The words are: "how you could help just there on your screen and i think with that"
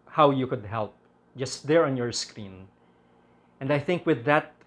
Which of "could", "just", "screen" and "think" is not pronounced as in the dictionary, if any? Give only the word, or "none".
none